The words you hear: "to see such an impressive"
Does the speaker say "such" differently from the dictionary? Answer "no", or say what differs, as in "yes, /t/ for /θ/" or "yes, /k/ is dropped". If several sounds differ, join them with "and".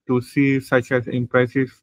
no